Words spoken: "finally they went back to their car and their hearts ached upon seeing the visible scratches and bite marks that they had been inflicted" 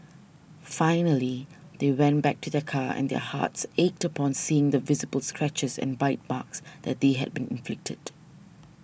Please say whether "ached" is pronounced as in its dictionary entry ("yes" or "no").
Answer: yes